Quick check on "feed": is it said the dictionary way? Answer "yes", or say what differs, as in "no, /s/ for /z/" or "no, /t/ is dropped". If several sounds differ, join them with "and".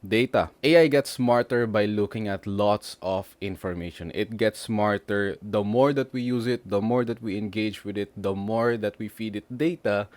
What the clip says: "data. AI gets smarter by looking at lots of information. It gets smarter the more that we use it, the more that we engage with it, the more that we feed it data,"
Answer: yes